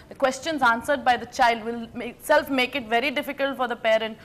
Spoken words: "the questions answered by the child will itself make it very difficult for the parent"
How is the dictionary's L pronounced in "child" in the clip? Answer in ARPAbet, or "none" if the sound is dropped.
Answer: L